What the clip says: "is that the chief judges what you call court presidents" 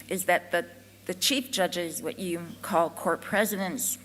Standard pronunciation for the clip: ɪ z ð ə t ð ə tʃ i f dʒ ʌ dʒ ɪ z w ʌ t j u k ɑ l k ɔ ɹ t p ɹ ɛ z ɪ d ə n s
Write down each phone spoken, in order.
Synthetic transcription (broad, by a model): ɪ z ð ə t ð ə tʃ i f dʒ ʌ dʒ ɪ z w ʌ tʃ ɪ k ɑ l k ɔ ɹ t p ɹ ɛ z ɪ d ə n s